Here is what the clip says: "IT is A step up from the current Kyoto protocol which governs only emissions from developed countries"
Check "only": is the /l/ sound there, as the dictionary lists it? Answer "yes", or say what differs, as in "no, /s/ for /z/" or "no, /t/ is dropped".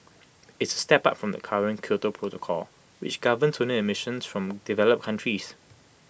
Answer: no, /l/ is dropped